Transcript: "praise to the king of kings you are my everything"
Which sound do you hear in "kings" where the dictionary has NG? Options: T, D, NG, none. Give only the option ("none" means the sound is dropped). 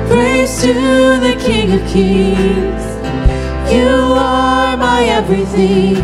none